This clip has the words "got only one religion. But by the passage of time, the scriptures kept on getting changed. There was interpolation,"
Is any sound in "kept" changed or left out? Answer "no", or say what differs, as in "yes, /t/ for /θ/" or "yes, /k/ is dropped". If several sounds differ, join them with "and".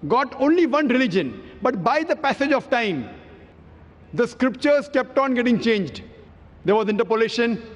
no